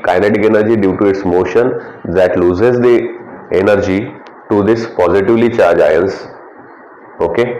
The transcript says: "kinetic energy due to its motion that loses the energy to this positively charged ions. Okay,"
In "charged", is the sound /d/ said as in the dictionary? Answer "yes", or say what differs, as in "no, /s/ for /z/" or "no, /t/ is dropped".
no, /d/ is dropped